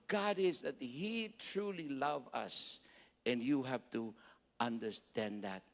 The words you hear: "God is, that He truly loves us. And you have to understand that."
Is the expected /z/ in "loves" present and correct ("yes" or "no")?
no